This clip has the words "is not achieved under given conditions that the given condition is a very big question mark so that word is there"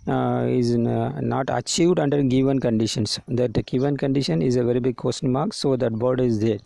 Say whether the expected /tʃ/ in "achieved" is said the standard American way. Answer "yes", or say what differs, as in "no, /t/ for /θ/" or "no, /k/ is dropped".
yes